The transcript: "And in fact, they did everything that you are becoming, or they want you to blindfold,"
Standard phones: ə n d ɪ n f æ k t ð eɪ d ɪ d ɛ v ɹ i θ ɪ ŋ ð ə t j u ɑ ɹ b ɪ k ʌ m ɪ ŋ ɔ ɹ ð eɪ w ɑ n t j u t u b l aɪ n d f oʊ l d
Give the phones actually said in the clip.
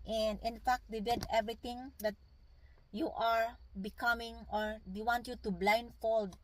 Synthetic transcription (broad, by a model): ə n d ɪ n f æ k t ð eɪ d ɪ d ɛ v ɹ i t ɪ ŋ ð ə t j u ɑ ɹ b ɪ k ʌ m ɪ ŋ ɔ ɹ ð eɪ w ɑ n t j u t u b l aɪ n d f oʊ l d